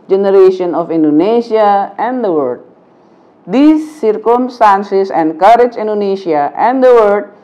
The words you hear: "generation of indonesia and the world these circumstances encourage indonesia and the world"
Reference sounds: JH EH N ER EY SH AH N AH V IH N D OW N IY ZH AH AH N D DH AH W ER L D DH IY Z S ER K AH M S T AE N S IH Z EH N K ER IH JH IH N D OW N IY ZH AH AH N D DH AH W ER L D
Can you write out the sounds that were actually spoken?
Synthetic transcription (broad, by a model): JH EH N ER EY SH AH N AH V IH N D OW N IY SH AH AH N D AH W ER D D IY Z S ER K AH M S T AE N S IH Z EH N K ER IH JH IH N D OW N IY SH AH AH N D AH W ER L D